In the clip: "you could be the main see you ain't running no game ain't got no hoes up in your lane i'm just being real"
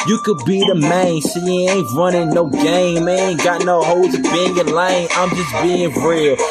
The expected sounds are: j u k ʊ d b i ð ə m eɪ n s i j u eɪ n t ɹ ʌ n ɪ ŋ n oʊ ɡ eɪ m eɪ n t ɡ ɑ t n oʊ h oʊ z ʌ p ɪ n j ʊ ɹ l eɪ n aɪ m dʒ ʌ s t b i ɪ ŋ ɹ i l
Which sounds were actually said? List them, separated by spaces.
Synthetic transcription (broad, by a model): j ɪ k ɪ d b i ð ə m eɪ n s i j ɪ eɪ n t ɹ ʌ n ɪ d n oʊ ɡ eɪ m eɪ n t ɡ ɑ t n oʊ h oʊ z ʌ b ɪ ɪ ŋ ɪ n l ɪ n aɪ m dʒ ʌ s b i ɪ ŋ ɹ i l